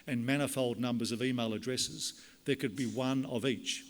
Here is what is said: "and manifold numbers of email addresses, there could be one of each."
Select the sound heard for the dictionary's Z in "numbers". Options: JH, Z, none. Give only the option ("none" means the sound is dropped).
Z